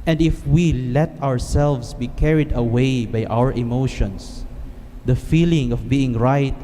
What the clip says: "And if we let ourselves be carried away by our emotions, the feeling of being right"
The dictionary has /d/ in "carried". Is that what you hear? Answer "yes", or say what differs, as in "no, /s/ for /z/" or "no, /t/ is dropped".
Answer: yes